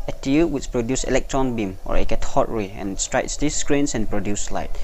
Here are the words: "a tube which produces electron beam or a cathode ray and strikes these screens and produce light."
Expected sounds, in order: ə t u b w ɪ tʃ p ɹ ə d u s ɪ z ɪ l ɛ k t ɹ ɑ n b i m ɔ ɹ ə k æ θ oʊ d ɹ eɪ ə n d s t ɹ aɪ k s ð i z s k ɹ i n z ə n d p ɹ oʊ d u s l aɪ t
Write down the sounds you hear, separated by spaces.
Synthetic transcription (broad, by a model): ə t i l w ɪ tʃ p ɹ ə d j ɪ s ɪ l ɛ k t ɹ ɑ n b i m ɔ ɹ ə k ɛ t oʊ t ɹ eɪ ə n s t ɹ aɪ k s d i s k ɹ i n s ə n p ɹ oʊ d u s l aɪ t